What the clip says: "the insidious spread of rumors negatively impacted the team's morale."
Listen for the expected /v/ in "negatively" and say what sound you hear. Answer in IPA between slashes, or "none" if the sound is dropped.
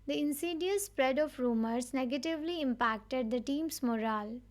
/v/